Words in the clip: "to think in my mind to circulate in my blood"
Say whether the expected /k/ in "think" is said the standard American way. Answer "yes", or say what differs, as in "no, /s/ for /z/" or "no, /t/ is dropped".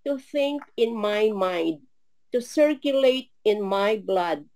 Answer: yes